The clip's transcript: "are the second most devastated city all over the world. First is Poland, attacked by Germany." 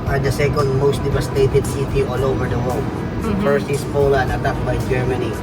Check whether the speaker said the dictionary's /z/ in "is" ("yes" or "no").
no